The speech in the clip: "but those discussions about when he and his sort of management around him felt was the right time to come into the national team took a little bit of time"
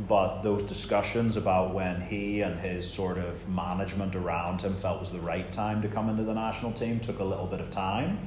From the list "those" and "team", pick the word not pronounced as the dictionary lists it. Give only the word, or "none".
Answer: none